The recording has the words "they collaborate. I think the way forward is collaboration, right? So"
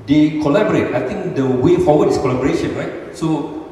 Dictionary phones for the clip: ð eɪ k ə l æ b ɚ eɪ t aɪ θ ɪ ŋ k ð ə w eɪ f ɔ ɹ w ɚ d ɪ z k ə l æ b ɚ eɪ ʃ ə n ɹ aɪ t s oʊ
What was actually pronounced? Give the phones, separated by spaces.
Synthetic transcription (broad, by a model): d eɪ k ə l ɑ b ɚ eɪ t aɪ t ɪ ŋ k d ə w eɪ f ɔ w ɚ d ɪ s k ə l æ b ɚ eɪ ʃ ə n ɹ aɪ t s oʊ